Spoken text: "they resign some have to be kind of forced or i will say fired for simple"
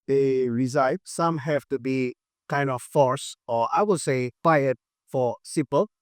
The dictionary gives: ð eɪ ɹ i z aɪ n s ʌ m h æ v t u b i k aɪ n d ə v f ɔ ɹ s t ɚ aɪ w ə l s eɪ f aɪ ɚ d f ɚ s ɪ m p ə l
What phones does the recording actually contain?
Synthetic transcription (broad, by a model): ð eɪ ɹ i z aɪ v s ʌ m h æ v t u b i k aɪ n d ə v f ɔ ɹ s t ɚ aɪ w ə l s eɪ p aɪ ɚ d f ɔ s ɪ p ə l